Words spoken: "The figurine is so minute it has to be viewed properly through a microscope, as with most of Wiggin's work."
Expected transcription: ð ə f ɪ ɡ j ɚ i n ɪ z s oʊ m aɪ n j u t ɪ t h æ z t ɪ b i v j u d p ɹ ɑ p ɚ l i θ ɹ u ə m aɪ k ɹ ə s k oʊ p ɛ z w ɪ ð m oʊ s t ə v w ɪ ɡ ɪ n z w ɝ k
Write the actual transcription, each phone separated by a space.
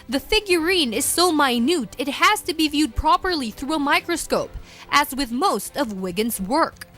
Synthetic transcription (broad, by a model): ð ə f ɪ ɡ j ɚ i n ɪ z s oʊ m aɪ n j u t ɪ t h æ z t ɪ b i v j u d p ɹ ɑ p ɚ l i θ ɹ u ə m aɪ k ɹ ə s k oʊ p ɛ z w ɪ ð m oʊ s t ə v w ɪ ɡ ɪ n z w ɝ k